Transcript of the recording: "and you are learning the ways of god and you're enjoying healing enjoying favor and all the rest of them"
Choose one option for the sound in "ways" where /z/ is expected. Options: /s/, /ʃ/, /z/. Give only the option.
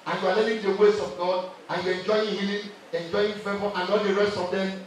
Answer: /s/